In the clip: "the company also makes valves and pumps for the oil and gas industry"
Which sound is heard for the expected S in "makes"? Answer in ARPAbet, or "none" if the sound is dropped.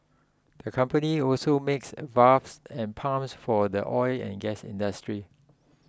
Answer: S